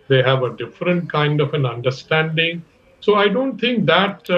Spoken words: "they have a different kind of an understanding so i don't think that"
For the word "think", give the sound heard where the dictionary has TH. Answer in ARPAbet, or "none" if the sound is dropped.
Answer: T